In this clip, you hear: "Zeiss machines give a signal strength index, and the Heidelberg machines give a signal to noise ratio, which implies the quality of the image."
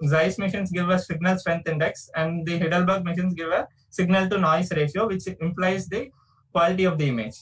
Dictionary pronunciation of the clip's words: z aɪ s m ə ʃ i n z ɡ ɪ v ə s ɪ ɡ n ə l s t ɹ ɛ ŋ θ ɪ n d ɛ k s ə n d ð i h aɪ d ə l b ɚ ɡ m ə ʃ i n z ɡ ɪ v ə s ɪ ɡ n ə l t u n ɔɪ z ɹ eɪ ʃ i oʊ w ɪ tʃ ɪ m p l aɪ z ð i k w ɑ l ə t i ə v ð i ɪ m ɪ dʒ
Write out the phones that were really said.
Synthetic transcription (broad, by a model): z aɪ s m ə ʃ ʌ n s ɡ ɪ v ə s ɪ ɡ n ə l s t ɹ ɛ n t ɪ n d ɛ k s ə n d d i h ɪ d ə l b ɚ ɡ m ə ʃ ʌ n s ɡ ɪ v ə s ɪ ɡ n ə l t u n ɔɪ s ɹ eɪ ʃ i oʊ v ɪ tʃ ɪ m p l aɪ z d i k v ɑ l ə t i ə v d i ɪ m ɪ dʒ